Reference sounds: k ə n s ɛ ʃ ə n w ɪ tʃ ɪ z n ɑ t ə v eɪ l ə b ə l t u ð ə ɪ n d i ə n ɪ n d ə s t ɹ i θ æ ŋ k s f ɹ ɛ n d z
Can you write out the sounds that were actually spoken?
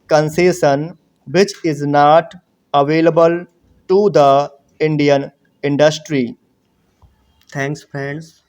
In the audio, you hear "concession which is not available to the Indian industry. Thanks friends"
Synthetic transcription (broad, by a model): k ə n s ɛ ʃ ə n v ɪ tʃ ɪ z n ɑ t ə v eɪ l ə b ə l t u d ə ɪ n d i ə n ɪ n d ə s t ɹ i t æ ŋ k s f ɹ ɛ n d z